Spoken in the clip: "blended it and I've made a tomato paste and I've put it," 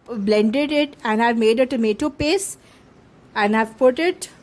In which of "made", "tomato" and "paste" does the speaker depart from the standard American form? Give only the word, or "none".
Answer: paste